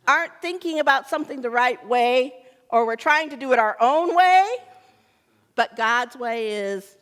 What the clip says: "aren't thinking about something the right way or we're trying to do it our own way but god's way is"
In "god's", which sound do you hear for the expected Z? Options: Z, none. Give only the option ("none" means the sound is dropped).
Z